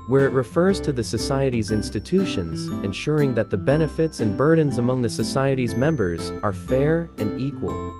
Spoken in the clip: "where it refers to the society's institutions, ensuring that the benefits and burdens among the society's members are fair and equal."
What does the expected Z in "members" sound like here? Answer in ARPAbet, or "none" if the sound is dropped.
Z